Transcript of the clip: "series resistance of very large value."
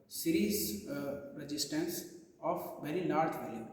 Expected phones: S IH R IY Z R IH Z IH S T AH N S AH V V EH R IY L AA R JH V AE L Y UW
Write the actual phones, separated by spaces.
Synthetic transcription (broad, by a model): S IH R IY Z R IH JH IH S T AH N S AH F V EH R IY N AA R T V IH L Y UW